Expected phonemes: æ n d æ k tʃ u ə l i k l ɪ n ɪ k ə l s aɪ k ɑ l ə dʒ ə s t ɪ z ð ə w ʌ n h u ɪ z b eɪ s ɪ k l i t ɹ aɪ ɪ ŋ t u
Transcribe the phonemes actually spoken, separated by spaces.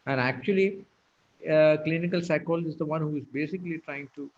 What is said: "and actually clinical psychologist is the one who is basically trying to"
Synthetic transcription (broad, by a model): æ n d æ k tʃ u ə l i k l ɪ n ɪ k ə l s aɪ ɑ ə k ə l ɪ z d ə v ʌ n h u ɪ z b eɪ s ɪ k l i t ɹ aɪ ɪ ŋ t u